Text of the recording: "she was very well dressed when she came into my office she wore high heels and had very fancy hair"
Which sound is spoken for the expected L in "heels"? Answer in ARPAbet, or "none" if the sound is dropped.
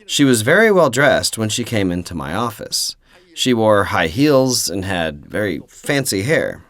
L